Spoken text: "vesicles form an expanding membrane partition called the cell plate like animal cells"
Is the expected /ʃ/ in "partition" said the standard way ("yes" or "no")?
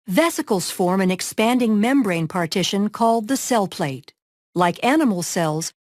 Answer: yes